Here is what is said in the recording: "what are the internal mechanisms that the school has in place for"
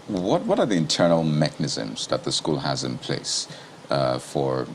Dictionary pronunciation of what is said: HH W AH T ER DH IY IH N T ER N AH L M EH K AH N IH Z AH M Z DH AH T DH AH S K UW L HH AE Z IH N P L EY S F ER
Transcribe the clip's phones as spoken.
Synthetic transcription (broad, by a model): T W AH T ER DH IY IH N T ER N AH L M EH K AH N IH Z AH M Z DH AH T DH AH S K UW L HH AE Z IH N P L EY S F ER